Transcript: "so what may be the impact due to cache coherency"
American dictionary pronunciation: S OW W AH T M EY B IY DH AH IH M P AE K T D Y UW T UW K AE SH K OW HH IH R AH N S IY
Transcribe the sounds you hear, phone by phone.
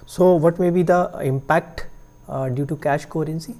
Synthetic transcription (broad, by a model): S OW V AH T M EY B IY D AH IH M P AE K T D Y UW T UW K AE SH K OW R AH N S IY